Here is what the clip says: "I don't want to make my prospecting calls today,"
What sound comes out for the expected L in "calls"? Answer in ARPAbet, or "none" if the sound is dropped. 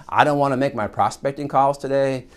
L